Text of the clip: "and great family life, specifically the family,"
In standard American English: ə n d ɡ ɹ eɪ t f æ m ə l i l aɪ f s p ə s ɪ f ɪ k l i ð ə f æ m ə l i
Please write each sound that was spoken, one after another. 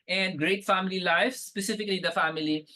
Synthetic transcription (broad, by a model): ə n d ɡ ɹ eɪ t f æ m ə l i l aɪ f s p ə s ɪ f ɪ k l i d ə f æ m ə l i